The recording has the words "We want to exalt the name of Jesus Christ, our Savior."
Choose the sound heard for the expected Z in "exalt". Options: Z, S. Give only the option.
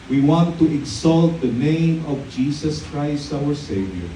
S